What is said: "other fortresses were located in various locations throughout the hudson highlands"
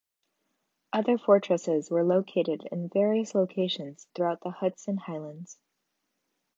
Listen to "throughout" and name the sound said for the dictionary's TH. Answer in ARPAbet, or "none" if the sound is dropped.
TH